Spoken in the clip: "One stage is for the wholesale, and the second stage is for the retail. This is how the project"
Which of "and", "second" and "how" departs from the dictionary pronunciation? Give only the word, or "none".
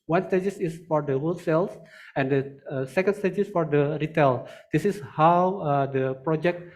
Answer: none